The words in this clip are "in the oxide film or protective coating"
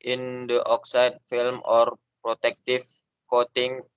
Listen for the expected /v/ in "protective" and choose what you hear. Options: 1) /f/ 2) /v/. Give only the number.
1